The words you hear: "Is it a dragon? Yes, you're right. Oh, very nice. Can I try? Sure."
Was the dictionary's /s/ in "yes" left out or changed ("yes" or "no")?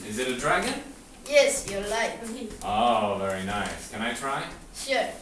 no